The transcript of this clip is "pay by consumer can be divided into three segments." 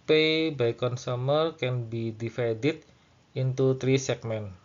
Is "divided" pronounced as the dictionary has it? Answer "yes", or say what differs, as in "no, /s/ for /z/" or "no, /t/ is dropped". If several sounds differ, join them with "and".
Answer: no, /f/ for /v/